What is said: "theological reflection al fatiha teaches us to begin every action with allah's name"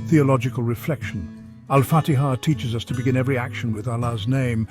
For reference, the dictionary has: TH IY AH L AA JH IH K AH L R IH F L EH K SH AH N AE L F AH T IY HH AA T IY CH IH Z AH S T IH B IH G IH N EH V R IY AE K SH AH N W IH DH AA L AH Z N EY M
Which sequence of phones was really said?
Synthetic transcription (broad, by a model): TH IY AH L AA JH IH K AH L R IH F L EH K SH AH N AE L F AH T IY HH AA T IY CH IH Z AH S T IH B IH G IH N EH V R IY AE K SH AH N W IH DH AA L AH Z N EY M